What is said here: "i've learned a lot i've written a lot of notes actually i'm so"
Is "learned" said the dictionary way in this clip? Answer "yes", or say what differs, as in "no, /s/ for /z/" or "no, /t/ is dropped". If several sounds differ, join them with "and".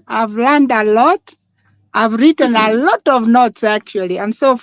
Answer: yes